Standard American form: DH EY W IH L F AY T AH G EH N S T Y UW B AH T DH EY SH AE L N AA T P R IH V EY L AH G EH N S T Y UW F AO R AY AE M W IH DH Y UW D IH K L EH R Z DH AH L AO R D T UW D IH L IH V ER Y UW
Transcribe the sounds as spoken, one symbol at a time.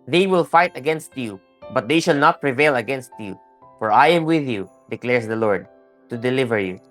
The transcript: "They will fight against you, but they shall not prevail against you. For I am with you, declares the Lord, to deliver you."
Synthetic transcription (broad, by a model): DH EY W IH L F AY T AH G EH N S T Y UW B AH T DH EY SH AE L N AA T P R IH V EY L AH G EH N S T Y UW F AO R AY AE M W IH DH Y UW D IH K L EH R S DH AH L AO R D T UW D IH L IH V ER Y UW